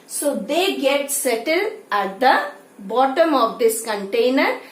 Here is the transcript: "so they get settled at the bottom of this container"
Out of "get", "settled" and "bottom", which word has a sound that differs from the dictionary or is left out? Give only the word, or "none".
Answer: settled